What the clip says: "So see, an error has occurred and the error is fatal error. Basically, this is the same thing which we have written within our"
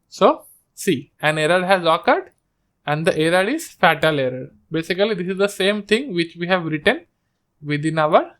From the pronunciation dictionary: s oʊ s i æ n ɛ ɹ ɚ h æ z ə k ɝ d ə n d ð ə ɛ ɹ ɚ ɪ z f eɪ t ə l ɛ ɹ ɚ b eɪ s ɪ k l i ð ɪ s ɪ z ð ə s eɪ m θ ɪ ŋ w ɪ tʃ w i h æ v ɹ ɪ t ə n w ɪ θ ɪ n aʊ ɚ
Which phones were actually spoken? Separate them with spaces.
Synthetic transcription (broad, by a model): s oʊ s i æ n ɛ ɹ ɚ h æ z ə k ɝ d ə n d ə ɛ ɹ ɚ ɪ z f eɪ t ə l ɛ ɹ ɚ b eɪ s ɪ k l i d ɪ s ɪ z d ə s eɪ m t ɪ ŋ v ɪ tʃ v i h æ v ɹ ɪ t ə n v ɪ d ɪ n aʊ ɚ